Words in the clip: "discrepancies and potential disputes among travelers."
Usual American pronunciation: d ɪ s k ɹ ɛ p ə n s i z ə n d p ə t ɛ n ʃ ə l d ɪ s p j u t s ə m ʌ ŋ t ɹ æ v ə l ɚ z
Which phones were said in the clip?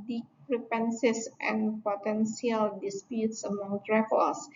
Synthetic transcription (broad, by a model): d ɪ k ɹ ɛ p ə n s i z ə n p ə t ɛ n s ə l d ɪ s p j u t s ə m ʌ ŋ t ɹ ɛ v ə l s